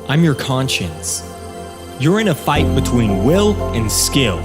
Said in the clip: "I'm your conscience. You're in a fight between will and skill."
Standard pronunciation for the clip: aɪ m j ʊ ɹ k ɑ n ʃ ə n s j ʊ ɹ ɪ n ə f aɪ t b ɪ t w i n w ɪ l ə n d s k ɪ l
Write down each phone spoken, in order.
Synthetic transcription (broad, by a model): aɪ m j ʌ ɹ k ɑ n ʃ ə n s j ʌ ɹ ɪ n ə f aɪ t b ɪ t w i n w ɪ l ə n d s k ɪ l